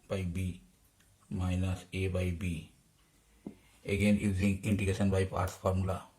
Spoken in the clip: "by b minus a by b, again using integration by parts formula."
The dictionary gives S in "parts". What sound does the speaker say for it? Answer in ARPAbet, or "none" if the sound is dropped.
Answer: none